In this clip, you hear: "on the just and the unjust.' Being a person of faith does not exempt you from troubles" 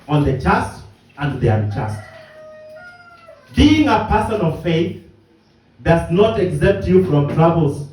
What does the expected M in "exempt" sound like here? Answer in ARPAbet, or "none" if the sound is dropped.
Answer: none